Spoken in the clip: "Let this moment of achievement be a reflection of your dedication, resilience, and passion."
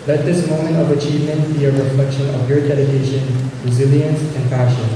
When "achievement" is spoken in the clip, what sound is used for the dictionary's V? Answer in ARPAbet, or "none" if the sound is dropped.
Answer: V